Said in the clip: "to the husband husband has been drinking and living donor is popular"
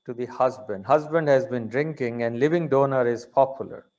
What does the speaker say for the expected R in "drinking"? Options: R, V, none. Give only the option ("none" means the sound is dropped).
R